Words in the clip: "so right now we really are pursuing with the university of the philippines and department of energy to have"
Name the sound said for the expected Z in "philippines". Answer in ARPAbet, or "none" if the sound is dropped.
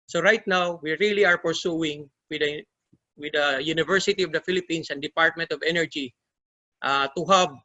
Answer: S